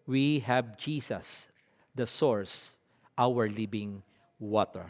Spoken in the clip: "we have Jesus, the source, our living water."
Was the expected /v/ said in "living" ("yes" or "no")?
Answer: no